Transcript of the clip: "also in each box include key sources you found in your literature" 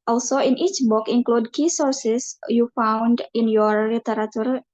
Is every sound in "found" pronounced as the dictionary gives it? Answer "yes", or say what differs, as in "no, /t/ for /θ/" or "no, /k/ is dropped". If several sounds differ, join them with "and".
yes